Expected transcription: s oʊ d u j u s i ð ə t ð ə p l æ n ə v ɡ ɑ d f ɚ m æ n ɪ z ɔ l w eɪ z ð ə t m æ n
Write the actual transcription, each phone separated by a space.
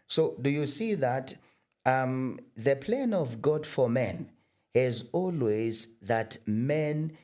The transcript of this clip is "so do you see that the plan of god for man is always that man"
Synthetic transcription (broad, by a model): s oʊ d u j u s i ð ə t ð ə p l æ n ə v ɡ ɑ d f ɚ m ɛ n ɪ z ɔ l w eɪ z ð ə t m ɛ n